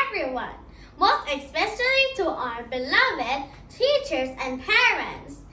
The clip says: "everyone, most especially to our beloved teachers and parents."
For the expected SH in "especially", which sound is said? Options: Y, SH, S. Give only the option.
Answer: S